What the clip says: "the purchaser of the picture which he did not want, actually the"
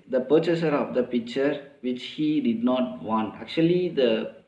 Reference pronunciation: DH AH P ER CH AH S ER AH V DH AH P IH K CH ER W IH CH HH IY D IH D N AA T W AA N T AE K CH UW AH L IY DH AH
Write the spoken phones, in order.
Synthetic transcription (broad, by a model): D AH P ER CH AH S ER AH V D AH P IH K CH ER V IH CH HH IY D IH D N AA T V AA N T AE K CH UW AH L IY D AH